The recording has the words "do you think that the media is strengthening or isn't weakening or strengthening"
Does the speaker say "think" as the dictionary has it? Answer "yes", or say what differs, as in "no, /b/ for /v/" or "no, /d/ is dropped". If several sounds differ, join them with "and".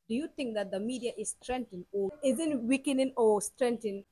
yes